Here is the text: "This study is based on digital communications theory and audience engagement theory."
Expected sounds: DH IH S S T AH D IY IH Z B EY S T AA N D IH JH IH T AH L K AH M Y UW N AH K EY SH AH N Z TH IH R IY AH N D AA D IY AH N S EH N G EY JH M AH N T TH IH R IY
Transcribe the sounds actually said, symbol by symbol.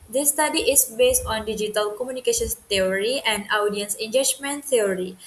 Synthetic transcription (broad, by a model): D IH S S T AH D IY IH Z B EY S T AA N D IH JH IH T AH L K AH M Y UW N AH K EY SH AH N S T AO R IY AH N D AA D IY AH N S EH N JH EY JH M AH N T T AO R IY